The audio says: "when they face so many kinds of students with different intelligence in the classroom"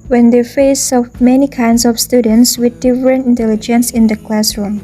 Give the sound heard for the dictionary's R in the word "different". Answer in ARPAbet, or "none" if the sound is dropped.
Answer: R